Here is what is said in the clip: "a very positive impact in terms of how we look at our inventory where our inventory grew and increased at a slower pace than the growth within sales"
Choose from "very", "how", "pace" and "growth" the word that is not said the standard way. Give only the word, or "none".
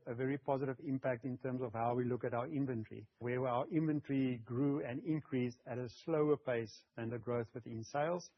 none